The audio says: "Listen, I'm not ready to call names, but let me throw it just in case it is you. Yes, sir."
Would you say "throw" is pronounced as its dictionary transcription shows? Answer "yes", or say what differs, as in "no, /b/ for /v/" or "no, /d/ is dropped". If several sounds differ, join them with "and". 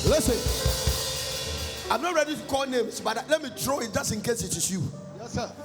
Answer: no, /t/ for /θ/